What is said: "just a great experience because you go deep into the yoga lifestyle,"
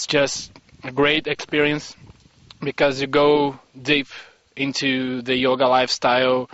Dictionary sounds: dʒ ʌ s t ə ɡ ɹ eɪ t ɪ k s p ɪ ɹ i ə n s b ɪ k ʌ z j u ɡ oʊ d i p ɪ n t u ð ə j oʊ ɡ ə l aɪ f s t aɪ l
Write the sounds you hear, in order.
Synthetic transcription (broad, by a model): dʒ ʌ s t ə ɡ ɹ eɪ t ɪ k s p ɪ ɹ i ə n s b ɪ k ʌ z j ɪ ɡ oʊ d i p ɪ n t u ð ə j oʊ ɡ ə l aɪ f s t aɪ l